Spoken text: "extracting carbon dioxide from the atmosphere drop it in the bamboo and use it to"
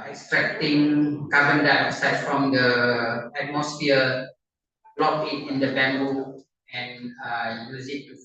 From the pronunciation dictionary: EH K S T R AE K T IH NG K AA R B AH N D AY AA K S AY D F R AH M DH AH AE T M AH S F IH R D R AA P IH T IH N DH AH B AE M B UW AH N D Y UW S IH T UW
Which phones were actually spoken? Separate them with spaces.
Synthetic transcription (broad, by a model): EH K S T R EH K T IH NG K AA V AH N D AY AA S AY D F R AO M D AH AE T M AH S F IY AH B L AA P IH T IH N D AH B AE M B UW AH N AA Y UW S IH T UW